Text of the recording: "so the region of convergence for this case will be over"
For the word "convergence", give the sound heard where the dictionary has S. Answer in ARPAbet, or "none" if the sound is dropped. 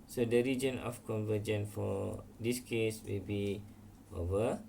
none